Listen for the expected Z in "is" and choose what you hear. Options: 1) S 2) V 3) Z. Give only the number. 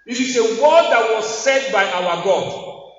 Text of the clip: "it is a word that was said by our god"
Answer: 1